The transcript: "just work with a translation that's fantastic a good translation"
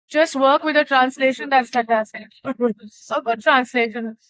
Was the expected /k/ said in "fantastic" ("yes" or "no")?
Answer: no